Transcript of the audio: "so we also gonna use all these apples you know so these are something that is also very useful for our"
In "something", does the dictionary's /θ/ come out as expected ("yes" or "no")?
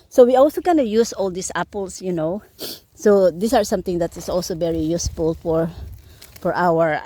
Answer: no